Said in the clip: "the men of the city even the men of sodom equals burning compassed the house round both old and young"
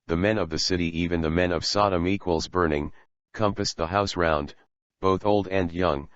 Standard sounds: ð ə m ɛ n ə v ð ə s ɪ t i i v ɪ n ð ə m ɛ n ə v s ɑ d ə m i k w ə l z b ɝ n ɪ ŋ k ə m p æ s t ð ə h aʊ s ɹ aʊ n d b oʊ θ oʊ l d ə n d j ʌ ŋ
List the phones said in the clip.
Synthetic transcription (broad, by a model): ð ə m ɛ n ə v ð ə s ɪ t i i v ɪ n ð ə m ɛ n ə v s ɑ d ə m i k w ə l z b ɝ n ɪ ŋ k ə m p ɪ s ð ə h aʊ s ɹ aʊ n d b oʊ θ oʊ l d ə n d j ʌ ŋ